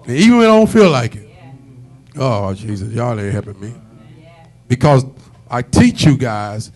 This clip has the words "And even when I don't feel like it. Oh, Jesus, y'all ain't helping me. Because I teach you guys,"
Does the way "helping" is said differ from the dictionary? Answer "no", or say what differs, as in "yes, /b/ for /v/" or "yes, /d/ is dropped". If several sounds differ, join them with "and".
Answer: yes, /l/ is dropped